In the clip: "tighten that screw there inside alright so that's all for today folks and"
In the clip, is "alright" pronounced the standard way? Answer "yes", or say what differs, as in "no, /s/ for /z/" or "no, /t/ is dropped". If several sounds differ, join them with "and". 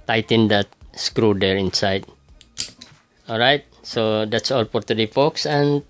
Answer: yes